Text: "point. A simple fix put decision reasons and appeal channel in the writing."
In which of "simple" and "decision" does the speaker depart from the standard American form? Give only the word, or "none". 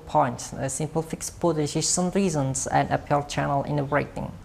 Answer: decision